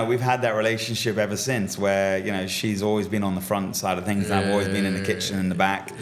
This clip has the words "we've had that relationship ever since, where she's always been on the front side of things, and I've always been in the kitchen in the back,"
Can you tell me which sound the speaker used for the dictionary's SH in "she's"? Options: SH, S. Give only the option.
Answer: SH